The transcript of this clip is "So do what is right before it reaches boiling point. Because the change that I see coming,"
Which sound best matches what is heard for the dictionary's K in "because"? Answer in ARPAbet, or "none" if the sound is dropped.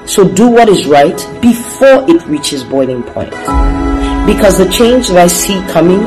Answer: K